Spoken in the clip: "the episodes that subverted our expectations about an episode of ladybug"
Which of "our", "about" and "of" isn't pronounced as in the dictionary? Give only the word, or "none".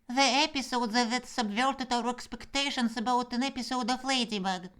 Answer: of